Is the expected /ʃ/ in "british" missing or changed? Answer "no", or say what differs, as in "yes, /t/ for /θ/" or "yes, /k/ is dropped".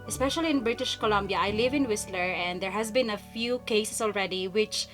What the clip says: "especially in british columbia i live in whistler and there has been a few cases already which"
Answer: no